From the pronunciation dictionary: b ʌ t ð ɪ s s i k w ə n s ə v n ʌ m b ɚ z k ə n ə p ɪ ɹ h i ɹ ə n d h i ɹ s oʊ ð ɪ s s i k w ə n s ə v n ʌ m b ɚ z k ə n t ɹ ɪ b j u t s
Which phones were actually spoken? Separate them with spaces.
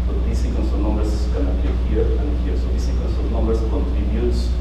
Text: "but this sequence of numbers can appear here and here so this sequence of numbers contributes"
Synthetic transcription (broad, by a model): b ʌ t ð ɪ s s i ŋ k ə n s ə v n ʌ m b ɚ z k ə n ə b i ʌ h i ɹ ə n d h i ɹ s oʊ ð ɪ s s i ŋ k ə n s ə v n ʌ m b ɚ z k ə n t ɹ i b j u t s